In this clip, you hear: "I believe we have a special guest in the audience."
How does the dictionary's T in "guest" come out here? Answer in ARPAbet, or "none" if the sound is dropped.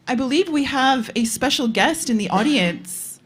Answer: T